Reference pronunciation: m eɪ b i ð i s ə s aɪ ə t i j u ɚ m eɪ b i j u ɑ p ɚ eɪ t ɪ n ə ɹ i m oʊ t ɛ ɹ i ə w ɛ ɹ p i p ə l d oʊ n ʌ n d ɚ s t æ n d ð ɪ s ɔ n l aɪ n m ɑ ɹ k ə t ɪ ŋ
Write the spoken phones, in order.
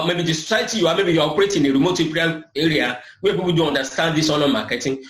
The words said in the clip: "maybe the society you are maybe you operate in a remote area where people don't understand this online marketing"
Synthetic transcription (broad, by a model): m eɪ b i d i s ə s aɪ ə t i j u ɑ m eɪ b i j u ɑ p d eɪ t ɪ n ə ɹ i m oʊ t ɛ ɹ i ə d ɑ w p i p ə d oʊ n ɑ n d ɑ s t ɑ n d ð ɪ s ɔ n aɪ m ɑ k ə t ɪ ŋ